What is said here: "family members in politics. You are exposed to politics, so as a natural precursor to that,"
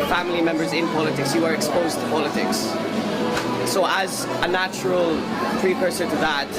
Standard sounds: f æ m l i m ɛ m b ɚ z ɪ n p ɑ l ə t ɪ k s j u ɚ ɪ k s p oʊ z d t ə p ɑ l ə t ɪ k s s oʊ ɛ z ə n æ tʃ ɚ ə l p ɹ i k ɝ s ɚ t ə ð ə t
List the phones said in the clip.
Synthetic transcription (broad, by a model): f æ m l i m ɛ m b ɚ z ɪ n p ɑ l ə t ɪ k s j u ɚ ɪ k s p oʊ z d t ə p ɑ l ə t ɪ k s s oʊ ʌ z ə n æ tʃ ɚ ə l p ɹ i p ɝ s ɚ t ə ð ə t